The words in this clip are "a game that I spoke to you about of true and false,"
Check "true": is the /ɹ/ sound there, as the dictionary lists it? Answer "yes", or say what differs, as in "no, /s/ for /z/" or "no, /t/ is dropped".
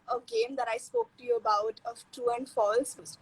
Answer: no, /ɹ/ is dropped